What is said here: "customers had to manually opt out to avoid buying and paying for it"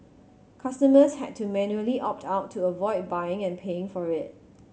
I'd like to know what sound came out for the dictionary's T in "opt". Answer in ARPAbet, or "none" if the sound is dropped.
T